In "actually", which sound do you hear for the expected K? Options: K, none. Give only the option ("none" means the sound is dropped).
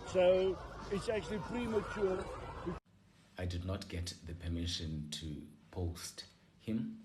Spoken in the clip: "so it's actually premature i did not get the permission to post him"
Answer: K